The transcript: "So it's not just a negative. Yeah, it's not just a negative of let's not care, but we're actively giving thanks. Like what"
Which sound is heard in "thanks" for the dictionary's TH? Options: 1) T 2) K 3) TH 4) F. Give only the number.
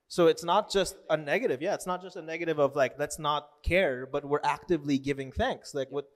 3